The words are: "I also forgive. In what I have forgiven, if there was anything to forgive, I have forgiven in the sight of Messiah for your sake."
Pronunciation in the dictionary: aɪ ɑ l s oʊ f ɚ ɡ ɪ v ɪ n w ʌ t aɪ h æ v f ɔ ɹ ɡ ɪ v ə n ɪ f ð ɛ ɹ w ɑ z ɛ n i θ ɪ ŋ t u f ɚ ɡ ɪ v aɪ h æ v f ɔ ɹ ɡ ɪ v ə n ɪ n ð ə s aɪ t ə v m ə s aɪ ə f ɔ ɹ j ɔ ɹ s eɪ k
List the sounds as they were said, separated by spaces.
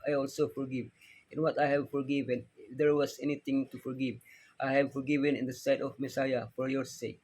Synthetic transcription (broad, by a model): aɪ ɑ l s oʊ f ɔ ɡ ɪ v ɪ n w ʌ t aɪ h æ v f ɔ ɹ ɡ ɪ v ə n ɪ f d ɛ ɹ w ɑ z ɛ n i t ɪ ŋ t u f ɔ ɡ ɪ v aɪ h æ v f ɔ ɹ ɡ ɪ v ə n ɪ n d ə s aɪ t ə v m ə s aɪ ə f ɔ ɹ j ɔ ɹ s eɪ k